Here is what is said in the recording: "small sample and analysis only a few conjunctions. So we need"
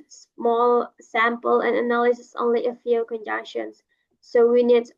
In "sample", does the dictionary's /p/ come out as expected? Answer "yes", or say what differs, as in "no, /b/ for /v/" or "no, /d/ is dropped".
yes